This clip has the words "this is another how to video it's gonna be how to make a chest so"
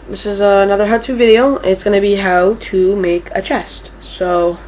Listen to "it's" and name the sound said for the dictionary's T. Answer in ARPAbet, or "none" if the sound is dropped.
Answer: T